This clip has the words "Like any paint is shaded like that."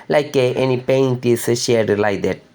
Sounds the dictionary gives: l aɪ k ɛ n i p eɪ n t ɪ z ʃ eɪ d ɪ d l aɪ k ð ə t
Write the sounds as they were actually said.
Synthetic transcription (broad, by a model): l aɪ k ɛ n i p eɪ n t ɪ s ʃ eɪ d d l aɪ k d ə t